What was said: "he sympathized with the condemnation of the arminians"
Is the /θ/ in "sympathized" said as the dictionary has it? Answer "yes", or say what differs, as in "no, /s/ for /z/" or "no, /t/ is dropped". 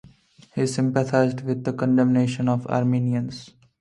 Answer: no, /t/ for /θ/